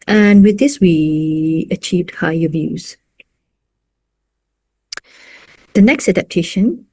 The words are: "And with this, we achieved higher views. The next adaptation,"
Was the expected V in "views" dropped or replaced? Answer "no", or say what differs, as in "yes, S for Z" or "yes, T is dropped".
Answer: no